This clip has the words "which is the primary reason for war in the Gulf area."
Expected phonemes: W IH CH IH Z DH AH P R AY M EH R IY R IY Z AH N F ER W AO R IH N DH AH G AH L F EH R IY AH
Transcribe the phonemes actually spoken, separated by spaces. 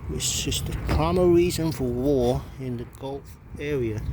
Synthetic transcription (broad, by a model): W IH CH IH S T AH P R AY M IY R IY Z AH N F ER W AO R IH N DH AH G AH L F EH R IY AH